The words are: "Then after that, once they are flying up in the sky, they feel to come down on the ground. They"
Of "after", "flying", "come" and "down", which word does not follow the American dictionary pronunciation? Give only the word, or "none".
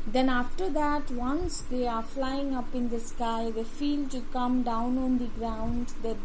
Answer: none